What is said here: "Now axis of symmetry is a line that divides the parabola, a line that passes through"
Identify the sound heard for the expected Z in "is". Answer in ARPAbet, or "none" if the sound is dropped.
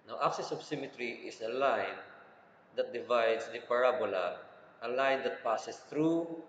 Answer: S